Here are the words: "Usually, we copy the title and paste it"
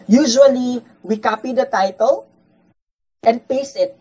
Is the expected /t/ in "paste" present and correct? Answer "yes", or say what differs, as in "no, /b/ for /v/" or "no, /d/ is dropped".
no, /t/ is dropped